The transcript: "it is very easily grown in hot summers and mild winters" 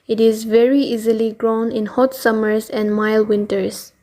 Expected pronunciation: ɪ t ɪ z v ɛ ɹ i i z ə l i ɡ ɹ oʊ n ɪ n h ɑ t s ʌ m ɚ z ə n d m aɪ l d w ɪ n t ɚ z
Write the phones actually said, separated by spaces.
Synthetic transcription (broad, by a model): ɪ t ɪ z v ɛ ɹ i i z ə l i ɡ ɹ oʊ n ɪ n h ɑ t s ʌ m ɚ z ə n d m aɪ l w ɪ n t ɚ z